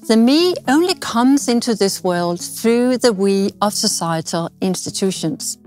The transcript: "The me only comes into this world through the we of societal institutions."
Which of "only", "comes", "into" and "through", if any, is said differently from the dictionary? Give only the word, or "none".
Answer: none